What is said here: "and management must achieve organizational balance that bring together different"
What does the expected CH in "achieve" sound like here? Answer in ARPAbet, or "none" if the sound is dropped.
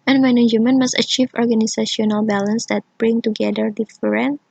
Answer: CH